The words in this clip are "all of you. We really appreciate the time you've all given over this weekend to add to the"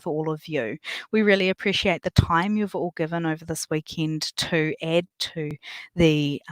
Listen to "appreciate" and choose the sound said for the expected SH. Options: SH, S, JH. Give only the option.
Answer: SH